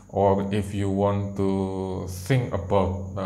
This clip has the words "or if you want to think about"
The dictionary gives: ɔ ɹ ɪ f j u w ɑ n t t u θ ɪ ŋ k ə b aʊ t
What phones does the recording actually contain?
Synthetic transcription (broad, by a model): ɔ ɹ ɪ f j u w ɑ n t t u s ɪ ŋ ə b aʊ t